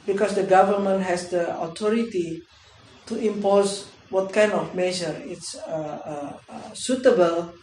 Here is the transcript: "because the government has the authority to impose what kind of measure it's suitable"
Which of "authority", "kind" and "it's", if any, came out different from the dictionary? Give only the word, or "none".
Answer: authority